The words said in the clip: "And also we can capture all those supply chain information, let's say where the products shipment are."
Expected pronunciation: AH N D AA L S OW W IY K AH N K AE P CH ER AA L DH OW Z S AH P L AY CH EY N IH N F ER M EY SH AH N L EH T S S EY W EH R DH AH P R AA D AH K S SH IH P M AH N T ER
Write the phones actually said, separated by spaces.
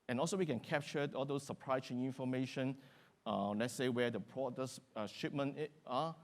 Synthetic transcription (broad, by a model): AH N AA L S OW W IY K AH N K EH P CH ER AA L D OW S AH P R AY S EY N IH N F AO M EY SH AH N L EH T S S EY W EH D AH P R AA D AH S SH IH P M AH N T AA